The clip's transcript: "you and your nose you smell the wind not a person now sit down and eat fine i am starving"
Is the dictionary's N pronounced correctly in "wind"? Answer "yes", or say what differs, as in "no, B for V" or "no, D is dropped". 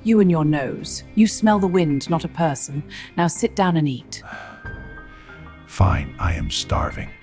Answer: yes